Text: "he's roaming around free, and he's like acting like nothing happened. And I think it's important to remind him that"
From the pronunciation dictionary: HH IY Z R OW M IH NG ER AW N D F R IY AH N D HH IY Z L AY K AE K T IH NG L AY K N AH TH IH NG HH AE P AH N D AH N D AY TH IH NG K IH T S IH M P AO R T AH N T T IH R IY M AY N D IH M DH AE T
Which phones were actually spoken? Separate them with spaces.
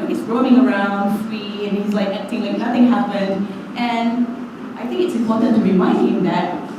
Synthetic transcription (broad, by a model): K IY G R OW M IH NG ER AW N D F IY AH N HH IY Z L AY K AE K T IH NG L AY K N AH TH IH NG HH AE P AH N D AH N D AY TH IH NG K IH T S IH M P AO R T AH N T T IH R IY M AY N D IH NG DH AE T